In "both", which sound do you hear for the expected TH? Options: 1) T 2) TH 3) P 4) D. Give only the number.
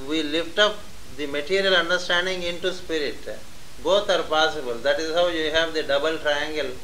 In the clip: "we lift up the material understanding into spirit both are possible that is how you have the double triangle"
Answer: 1